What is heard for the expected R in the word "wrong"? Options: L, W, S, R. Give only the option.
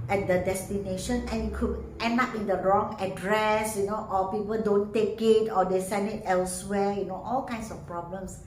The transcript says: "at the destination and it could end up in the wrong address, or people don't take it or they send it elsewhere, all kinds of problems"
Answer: R